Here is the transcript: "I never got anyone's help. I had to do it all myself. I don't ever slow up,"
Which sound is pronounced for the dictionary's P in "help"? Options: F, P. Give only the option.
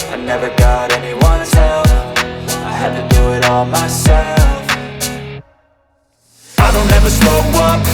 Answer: F